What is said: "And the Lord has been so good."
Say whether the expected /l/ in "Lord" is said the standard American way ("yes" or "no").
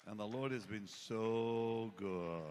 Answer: yes